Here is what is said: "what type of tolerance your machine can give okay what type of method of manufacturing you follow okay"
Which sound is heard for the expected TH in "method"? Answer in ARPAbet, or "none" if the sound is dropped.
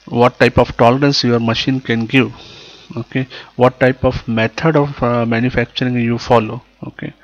T